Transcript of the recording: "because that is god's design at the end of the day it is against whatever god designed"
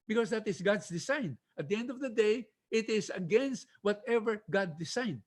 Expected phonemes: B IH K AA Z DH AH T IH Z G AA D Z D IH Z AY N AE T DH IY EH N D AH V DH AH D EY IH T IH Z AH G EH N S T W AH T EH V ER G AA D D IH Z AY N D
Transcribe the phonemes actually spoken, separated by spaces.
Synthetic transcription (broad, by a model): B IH K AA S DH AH T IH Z G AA D S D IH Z AY N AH T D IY EH N D AH V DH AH D EY IH T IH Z AH G EH N S T W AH T EH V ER G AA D D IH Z AY N D